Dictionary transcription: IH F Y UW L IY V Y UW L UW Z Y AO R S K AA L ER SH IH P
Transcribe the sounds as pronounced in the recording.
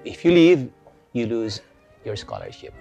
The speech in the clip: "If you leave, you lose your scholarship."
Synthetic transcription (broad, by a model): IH F Y UW L IY V Y UW L UW Z Y AO R S K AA L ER SH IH P